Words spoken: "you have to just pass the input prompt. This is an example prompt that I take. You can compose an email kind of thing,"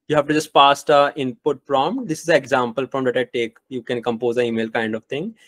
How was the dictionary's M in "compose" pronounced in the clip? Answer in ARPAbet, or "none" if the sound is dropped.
M